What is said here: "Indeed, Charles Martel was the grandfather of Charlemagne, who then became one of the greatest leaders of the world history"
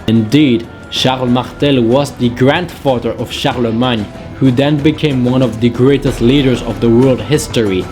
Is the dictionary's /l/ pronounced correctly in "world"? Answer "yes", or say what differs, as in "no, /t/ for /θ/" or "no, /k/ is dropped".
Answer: yes